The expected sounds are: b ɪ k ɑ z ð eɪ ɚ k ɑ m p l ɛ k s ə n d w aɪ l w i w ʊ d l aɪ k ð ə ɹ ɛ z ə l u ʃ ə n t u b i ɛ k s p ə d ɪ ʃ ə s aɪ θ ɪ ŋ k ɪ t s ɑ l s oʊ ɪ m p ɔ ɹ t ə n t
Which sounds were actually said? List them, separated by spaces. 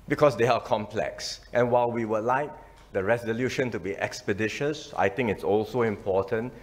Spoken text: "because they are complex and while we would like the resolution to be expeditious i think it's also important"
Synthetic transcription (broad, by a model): b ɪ k ɑ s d eɪ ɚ k ɑ m p l ɛ k s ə n w aɪ l w i w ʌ l aɪ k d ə ɹ ɛ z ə l u ʃ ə n t u b i ɛ k s p ə d ɪ ʃ ə s aɪ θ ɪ ŋ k ɪ t s ɑ l s oʊ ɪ m p ɔ t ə n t